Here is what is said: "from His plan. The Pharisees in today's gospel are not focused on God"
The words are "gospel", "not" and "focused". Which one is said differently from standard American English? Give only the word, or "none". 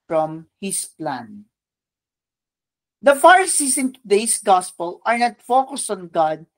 none